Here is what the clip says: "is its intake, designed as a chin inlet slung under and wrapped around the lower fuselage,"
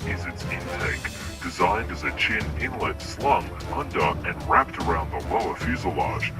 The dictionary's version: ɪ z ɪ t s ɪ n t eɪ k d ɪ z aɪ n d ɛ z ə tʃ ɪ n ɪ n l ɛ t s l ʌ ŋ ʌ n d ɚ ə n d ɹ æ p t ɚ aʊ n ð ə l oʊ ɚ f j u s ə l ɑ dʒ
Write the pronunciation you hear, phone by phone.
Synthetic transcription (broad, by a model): ɪ z ɪ t s ɪ n t eɪ k d ɪ z aɪ n d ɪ z ə tʃ ɪ n ɪ n l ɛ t s l ʌ ŋ ʌ n d ɚ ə n ɹ æ p t ɚ aʊ n ð ə l oʊ ɚ f j u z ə l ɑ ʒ